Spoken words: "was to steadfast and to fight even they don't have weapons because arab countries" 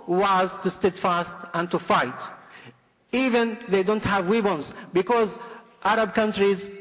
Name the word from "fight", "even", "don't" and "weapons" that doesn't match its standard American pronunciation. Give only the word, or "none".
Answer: weapons